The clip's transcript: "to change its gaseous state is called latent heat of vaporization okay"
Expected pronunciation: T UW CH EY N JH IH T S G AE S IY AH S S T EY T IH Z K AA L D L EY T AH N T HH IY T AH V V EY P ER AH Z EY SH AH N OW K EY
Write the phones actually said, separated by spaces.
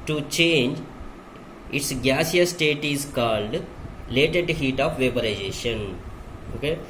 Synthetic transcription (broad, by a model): T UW CH EY N JH IH T S G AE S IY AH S S T EY T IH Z K AA L D L EY T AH T HH IY T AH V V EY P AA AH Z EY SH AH N OW K EY